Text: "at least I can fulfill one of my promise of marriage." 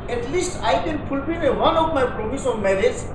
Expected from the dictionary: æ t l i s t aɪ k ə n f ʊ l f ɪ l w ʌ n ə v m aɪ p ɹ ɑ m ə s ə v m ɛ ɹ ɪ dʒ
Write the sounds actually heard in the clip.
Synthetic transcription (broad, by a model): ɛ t l i s t aɪ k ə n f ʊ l p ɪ n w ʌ n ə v m aɪ p ɹ ɑ m ə s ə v m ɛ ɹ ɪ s